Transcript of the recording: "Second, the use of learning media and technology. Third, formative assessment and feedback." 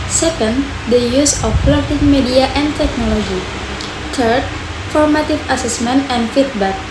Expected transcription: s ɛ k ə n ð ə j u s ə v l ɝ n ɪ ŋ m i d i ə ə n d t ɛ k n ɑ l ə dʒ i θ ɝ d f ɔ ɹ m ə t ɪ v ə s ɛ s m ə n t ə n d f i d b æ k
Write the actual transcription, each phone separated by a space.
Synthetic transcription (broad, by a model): s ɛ k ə n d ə j u s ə p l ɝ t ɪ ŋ m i d i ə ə n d t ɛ k n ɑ l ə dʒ i t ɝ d f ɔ ɹ m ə t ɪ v ə s ɛ s m ə n t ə n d f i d b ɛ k